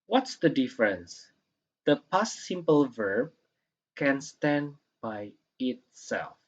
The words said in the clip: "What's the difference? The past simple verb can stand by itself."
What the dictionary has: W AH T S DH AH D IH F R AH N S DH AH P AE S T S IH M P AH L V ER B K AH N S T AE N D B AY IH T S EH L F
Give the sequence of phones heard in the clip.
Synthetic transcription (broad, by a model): W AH T S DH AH D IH F R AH N S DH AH P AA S S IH M P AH L V ER B K AH N S T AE N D B AY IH T S EH L F